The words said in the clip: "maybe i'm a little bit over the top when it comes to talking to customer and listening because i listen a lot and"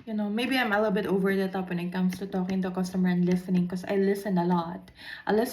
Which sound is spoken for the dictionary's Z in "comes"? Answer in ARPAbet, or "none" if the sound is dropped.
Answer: S